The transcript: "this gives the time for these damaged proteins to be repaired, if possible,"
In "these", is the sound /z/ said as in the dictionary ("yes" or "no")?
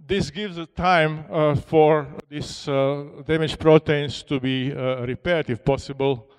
no